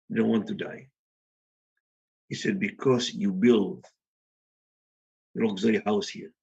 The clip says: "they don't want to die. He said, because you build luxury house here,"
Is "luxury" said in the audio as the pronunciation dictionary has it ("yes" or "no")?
no